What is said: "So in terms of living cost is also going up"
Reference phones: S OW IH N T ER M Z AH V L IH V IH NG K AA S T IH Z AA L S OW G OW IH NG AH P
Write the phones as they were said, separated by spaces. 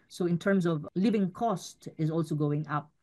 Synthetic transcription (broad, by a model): S OW IH N T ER M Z AH V L IH V IH NG K AA S T IH Z AA L S OW G OW IH NG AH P